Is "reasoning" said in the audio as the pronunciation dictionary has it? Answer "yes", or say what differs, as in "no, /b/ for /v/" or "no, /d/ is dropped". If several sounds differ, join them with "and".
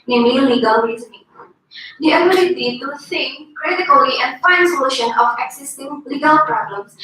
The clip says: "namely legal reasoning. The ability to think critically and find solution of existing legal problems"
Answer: no, /l/ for /n/